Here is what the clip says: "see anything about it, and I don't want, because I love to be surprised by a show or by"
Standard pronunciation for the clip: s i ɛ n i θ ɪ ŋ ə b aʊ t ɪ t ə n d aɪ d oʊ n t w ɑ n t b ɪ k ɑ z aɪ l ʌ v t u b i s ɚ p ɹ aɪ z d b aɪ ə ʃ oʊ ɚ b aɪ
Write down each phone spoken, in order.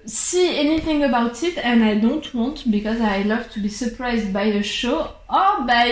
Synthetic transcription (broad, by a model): s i ɛ n i θ ɪ ŋ ə b aʊ t ɪ t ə n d aɪ d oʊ n t w ɑ n t b ɪ k ɑ z aɪ l ʌ v t u b i s ɚ p ɹ aɪ z d b aɪ ə ʃ oʊ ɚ b aɪ